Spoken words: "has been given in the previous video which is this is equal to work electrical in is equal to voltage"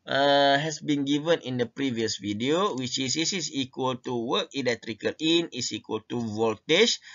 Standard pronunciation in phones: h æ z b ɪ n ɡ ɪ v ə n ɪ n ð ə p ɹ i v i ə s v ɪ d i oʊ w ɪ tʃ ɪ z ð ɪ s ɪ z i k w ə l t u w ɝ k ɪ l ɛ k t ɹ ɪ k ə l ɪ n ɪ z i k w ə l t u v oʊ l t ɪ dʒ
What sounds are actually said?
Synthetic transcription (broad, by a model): h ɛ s b ɪ n ɡ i v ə n ɪ n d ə p ɹ i v i ə s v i d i oʊ w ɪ tʃ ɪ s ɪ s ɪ s i k w ə l t u w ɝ k ɪ l ɛ k t ɹ ɪ k ə l ɪ n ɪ s i k w ə l t u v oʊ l t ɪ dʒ